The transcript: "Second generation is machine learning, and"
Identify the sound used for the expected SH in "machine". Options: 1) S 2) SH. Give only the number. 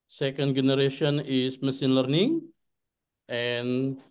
1